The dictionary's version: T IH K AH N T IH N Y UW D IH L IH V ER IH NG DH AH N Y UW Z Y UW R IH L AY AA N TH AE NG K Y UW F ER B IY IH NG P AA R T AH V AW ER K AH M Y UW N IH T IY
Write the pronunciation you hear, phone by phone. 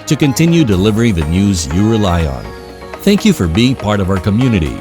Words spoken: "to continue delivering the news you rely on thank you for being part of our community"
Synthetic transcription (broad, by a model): T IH K AH N T IH N Y UW D IH L IH V ER IH NG DH AH N Y UW Z Y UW R IH L AY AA N TH AE NG K Y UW F ER B IY IH NG P AA R T AH V AW ER K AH M Y UW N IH T IY